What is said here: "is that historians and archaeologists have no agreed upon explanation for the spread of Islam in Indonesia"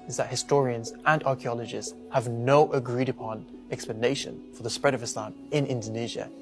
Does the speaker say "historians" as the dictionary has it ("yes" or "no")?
yes